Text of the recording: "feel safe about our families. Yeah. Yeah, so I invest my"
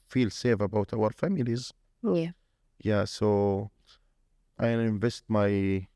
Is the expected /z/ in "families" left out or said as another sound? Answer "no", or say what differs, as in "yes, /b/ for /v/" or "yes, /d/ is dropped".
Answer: no